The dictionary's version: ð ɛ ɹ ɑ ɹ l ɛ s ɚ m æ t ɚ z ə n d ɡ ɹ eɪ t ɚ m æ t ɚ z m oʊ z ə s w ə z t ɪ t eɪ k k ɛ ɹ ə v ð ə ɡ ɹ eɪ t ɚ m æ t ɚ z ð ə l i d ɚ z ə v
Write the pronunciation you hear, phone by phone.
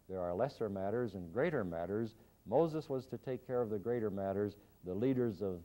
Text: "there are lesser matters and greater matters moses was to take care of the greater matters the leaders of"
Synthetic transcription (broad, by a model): ð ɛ ɹ ɑ ɹ l ɛ s ɚ m æ t ɚ z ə n ɡ ɹ eɪ t ɚ m æ t ɚ z m oʊ z ə s w ə z t ɪ t eɪ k k ɛ ɹ ə v ð ə ɡ ɹ eɪ t ɚ m æ t ɚ z ð ə l i d ɚ z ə v